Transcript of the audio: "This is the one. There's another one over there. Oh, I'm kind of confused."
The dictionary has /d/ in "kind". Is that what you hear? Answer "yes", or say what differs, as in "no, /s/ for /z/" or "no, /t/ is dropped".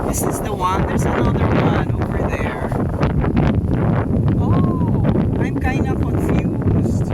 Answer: no, /d/ is dropped